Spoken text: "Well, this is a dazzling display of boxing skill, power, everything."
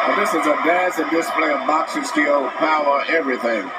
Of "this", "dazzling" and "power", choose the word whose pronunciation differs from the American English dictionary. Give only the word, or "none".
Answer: dazzling